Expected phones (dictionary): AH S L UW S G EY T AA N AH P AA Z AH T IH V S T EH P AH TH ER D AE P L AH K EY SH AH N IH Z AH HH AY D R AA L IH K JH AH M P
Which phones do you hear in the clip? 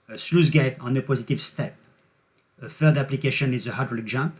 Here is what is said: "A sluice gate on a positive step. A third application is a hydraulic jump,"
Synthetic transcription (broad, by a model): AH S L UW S G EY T AA N AH P AA Z AH T IH V S T EH P AH F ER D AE P L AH K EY SH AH N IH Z AH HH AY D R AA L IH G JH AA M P